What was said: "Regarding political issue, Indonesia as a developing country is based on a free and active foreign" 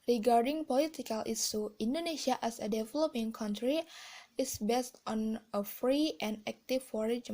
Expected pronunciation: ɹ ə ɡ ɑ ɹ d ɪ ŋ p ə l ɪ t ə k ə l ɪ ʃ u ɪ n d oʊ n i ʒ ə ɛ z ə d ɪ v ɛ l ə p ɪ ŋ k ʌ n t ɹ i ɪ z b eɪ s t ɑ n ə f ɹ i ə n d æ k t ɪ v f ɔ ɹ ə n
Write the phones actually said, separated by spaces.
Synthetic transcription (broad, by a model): ɹ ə ɡ ɑ ɹ d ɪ ŋ p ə l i t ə k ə l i s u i n d oʊ n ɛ s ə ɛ s ə d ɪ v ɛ l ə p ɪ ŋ k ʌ n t ɹ i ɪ s b eɪ s t ɑ n ə f ɹ i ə n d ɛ k t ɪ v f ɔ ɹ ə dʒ